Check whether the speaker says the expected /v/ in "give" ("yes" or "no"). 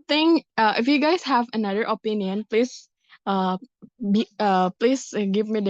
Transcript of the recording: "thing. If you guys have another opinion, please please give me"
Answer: yes